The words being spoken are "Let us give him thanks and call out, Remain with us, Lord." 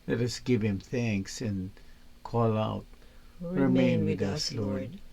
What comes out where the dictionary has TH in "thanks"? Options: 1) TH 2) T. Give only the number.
1